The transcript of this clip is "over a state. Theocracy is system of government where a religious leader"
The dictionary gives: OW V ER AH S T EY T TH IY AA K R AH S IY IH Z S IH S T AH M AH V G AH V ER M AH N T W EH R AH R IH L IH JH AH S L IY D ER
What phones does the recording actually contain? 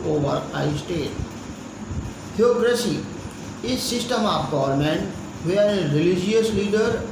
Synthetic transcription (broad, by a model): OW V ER AH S T EY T T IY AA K R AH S IY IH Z S IH S T AH M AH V G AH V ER M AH N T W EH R AH R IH L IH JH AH S L IY D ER